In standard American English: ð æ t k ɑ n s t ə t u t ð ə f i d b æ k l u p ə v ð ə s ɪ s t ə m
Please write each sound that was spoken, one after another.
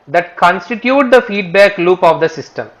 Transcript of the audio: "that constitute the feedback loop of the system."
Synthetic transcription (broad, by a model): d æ t k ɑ n s t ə t u t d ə f i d b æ k l u p ə v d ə s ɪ s t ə m